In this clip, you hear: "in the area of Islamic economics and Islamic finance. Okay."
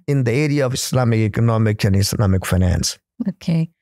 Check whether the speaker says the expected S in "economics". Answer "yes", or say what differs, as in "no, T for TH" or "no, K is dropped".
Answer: no, S is dropped